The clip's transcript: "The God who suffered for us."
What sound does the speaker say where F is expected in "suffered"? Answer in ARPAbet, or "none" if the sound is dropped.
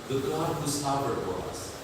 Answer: P